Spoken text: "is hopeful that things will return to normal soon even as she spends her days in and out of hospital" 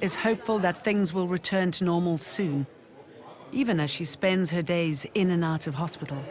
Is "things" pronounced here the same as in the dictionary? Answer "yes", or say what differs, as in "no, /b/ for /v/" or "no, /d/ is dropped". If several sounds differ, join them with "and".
yes